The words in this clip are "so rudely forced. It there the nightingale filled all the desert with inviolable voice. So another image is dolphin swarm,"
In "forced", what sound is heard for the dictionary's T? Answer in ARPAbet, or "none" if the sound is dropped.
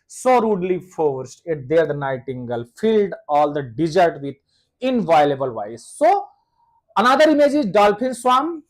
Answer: T